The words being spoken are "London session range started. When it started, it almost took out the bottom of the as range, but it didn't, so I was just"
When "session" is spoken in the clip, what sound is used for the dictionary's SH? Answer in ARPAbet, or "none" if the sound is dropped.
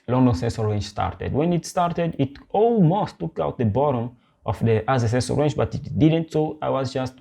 S